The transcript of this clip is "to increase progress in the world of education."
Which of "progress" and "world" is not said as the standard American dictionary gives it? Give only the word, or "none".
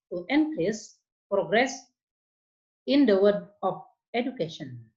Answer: world